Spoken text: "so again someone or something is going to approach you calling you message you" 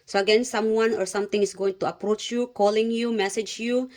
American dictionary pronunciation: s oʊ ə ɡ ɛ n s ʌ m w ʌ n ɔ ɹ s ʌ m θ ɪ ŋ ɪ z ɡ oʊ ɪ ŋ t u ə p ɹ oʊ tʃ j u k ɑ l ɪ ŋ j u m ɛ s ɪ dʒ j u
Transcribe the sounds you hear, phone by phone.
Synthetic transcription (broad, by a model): s oʊ ə ɡ ɛ n s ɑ m w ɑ n ɔ ɹ s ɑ m t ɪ ŋ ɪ s ɡ oʊ ɪ ŋ t u ə p ɹ oʊ tʃ j u k ɑ l ɪ ŋ j u m ɛ s ɪ dʒ j u